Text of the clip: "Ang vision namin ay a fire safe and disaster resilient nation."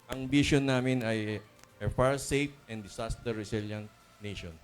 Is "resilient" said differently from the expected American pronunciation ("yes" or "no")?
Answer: yes